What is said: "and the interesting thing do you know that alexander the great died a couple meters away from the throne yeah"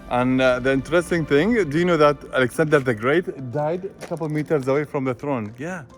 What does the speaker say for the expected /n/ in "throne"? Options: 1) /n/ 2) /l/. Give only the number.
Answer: 1